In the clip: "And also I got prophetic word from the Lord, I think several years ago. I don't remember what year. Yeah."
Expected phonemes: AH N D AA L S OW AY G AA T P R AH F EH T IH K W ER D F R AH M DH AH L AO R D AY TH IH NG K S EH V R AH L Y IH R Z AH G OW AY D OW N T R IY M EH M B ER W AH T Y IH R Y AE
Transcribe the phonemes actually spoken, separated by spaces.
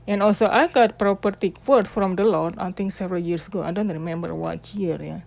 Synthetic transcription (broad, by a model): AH N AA L S OW AY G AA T P R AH P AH T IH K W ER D F R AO M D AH L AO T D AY T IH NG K S EH V R AH L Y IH R S AH G OW AY D OW N T R IY M EH M B ER W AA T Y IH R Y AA